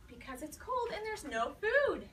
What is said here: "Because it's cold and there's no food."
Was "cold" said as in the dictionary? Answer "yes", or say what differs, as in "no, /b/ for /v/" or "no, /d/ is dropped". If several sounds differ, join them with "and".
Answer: yes